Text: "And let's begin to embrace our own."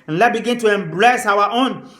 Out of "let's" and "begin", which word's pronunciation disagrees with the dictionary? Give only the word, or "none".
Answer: let's